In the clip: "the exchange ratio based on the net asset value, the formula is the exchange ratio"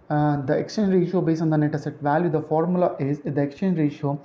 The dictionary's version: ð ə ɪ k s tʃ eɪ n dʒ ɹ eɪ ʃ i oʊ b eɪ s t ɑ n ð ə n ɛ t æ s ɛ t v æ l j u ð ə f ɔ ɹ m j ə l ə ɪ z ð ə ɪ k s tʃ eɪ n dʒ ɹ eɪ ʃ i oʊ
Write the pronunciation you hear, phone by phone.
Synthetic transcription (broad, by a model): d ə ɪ k s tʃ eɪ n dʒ ɹ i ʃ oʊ b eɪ s ɑ n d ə n ɛ t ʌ s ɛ t v æ l j u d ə f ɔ ɹ m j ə l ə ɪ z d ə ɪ k s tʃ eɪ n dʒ ɹ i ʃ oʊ